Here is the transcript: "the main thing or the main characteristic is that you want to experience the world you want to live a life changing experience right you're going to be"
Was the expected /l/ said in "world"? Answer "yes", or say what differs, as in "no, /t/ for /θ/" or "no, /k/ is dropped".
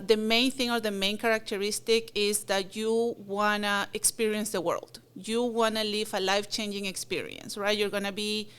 yes